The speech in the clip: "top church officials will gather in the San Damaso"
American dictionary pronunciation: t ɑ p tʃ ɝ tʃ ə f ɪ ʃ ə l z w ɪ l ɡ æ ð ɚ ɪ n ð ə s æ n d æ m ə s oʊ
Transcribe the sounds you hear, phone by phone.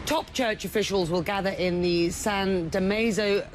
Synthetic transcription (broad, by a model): t ɑ p tʃ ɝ tʃ ə f ɪ ʃ ə l z w ɪ l ɡ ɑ ð ɚ ɪ n ð ə s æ n d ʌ m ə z oʊ